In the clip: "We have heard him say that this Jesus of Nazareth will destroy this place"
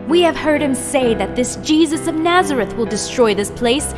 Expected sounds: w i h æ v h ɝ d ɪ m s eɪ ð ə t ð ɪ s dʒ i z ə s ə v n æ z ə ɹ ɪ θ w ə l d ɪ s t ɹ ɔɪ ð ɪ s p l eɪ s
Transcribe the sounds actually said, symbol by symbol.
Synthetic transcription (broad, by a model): w i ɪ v h ɝ d ɪ m s eɪ ð ə t ð ɪ s dʒ i z ə s ə v n æ z ə ɹ ɪ θ w ə l d ɪ s t ɹ ɔɪ ð ɪ s p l eɪ s